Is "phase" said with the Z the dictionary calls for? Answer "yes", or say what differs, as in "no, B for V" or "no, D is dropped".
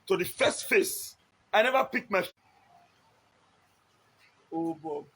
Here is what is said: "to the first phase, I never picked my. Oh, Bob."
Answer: no, S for Z